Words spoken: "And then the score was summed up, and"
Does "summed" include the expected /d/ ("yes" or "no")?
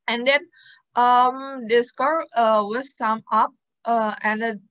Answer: no